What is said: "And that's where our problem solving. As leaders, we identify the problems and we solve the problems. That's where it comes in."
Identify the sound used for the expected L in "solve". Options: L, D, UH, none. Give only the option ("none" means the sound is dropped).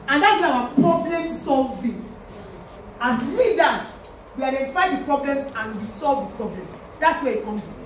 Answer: L